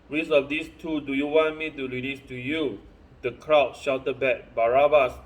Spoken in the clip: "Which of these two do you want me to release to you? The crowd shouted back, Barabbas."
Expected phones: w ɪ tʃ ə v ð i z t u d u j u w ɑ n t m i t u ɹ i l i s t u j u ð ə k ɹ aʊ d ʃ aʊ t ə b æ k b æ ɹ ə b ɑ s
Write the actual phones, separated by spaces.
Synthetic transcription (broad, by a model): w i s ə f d i s t u d u j u w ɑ n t m i t u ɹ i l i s t u j u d ə k ɹ aʊ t ʃ aʊ t ə b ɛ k b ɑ ɹ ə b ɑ s